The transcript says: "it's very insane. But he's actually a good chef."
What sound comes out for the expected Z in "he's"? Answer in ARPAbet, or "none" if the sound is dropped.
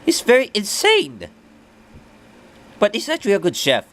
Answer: S